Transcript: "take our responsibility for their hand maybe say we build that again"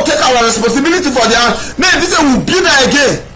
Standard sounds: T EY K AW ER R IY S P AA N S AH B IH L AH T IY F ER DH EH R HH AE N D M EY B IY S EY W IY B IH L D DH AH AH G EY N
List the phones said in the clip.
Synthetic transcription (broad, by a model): T EY K AW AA R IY S P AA N S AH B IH L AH T IY F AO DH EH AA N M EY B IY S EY W IY B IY D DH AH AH G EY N